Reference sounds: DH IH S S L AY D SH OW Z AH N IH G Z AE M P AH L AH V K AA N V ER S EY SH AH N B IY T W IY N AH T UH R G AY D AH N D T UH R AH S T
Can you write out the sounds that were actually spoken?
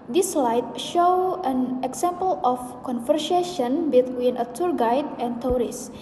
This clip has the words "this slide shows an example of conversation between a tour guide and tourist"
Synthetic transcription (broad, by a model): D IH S S L AY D SH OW AH N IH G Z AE M P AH L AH F K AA N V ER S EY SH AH N B IY T W IY N AH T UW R G AY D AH N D T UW R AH S